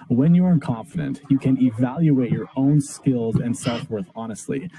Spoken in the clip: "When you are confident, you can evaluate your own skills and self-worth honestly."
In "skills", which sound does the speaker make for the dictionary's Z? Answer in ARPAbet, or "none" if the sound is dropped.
Z